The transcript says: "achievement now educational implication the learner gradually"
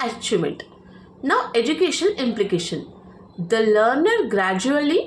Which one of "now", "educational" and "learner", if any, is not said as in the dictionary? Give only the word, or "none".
educational